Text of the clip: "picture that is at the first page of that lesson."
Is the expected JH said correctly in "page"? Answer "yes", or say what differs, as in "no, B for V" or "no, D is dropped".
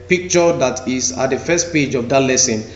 yes